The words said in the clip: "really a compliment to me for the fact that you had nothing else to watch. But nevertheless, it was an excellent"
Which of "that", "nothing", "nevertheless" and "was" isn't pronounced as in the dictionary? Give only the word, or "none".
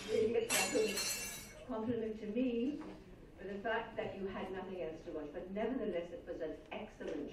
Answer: none